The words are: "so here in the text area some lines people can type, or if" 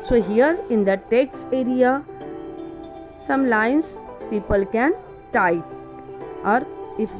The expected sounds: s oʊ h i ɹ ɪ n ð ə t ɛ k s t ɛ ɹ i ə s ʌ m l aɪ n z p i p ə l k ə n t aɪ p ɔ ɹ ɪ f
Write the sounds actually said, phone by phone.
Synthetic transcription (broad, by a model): s oʊ h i ɹ ɪ n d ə t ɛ k s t ɛ ɹ i ə s ʌ m l aɪ n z p i p ə l k ə n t aɪ ɔ ɹ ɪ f